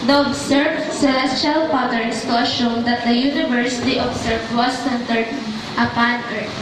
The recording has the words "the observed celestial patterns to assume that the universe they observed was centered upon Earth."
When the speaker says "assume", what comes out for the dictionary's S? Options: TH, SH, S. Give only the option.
SH